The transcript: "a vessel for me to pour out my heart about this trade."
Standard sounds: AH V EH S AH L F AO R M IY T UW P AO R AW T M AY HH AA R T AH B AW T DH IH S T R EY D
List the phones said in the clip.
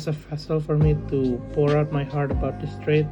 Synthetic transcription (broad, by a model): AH F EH S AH L F AO R M IY T UW P AO R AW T M AY HH AA R T AH B AW T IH S T R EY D